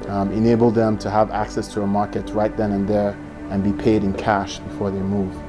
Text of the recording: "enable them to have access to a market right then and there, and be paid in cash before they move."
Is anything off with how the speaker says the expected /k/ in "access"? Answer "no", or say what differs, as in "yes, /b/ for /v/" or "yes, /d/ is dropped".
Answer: no